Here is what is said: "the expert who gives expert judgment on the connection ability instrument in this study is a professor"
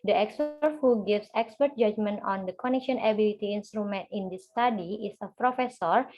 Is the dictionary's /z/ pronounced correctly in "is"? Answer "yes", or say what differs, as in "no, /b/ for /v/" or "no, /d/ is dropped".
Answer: no, /s/ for /z/